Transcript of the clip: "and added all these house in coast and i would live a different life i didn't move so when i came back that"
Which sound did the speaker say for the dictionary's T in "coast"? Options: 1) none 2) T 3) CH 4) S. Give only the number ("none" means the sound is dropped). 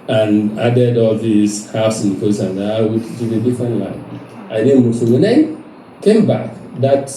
1